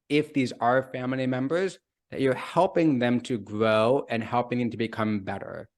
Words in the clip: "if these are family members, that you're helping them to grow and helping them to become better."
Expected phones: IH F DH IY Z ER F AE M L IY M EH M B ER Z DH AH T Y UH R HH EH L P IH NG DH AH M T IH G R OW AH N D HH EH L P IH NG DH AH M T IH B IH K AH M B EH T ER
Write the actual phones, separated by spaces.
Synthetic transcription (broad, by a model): IH F DH IY Z ER F AE M L IY M EH M B ER Z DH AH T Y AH R HH EH L P IH NG DH AH M T IH G R OW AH N HH EH L P IH NG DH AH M T IH B IH K AH M B EH T ER